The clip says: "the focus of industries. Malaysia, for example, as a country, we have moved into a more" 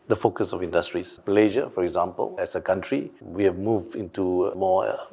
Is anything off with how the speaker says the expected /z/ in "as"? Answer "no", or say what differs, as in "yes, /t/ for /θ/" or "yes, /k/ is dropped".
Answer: yes, /s/ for /z/